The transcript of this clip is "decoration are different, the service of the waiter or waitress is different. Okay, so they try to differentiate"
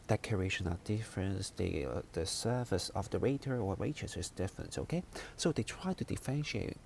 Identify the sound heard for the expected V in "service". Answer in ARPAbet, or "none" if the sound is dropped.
F